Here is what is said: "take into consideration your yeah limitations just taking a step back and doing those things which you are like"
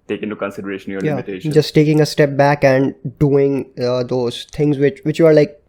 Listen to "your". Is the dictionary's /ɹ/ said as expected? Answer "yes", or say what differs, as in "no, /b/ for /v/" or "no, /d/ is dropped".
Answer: no, /l/ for /ɹ/